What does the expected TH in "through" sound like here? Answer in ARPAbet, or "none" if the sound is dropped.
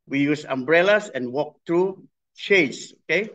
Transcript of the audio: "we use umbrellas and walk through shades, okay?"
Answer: T